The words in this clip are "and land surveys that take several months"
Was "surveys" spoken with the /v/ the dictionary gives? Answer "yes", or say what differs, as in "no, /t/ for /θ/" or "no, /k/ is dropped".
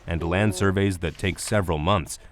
yes